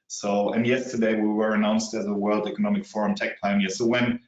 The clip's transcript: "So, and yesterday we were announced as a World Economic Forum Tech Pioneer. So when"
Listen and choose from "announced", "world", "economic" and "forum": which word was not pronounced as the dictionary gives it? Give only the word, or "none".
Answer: none